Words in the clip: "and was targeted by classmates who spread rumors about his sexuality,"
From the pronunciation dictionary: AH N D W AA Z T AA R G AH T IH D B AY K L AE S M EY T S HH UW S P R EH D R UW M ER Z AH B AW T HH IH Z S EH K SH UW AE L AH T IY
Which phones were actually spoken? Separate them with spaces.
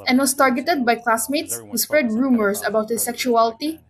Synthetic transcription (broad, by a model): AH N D W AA S T AA R G AH T IH D B AY K L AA S M EY T S HH UW S P R EH D R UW M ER S AH B AW T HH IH S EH K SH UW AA L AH T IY